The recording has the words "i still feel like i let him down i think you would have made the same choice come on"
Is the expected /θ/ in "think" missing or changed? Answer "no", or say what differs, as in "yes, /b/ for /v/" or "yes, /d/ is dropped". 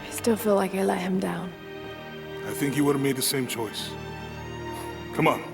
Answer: no